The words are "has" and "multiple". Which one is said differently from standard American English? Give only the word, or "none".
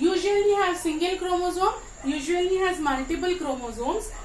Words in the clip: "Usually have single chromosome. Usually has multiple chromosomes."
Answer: multiple